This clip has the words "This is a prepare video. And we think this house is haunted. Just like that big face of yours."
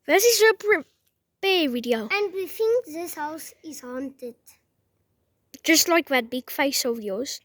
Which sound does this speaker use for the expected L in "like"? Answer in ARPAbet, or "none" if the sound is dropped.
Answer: L